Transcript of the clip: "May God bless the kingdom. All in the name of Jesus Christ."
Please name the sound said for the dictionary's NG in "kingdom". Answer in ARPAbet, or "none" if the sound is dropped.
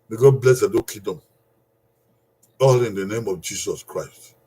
none